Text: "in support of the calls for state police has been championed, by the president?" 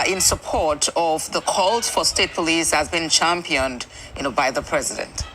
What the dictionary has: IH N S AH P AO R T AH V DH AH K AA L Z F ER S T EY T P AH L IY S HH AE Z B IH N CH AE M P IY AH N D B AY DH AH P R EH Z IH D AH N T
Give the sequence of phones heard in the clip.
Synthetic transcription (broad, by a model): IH N S AH P AO R T AH V DH AH K AA L Z F ER S T EY T P AH L IY S HH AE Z B IH N CH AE M P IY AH N D B AY DH AH P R EH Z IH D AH N T